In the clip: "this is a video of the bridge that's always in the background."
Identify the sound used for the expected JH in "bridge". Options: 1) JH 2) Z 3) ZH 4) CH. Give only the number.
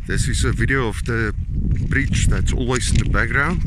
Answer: 4